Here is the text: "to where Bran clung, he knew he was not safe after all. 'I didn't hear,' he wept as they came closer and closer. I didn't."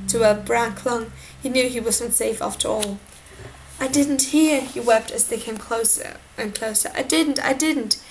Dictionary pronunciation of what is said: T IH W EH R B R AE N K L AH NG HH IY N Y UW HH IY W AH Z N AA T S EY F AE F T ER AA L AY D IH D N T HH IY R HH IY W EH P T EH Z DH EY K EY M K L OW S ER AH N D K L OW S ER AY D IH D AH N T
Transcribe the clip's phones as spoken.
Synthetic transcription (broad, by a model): T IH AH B R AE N K L AH NG HH IY N Y UW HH IY W AH Z N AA T S EY F AE F T ER AA L AY D IH D N T HH IY R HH IY W EH P T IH Z DH EY K EY M K L OW S ER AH N K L OW S ER AY D IH D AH N T